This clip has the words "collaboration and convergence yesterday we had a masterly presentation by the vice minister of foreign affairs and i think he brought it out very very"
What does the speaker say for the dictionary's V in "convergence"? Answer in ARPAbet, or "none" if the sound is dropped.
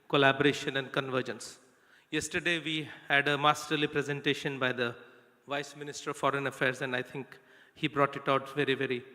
V